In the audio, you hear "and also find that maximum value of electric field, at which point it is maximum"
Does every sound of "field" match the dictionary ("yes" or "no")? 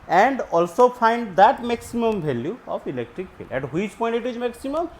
no